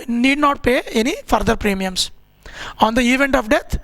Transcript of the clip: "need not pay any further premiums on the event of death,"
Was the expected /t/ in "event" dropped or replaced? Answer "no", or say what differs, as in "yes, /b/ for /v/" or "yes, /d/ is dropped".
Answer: no